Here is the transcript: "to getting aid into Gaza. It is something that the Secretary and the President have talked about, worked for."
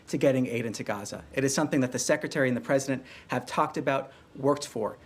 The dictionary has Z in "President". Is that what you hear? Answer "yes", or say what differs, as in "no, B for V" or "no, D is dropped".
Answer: yes